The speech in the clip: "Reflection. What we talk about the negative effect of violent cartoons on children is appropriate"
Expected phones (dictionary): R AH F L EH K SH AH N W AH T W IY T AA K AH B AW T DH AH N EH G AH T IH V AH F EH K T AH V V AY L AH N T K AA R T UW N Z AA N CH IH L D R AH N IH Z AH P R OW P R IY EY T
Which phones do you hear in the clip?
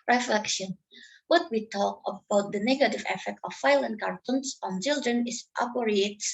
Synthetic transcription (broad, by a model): R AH F L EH K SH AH N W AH T W IY T AA K AH B AW T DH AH N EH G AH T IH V AH F EH K T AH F AY L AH N K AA R T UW N S AA N CH IH L D R AH N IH S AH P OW R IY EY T